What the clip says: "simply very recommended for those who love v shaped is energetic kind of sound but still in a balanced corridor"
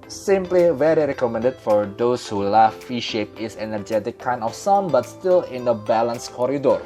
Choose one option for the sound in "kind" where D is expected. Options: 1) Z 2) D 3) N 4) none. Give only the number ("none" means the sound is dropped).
4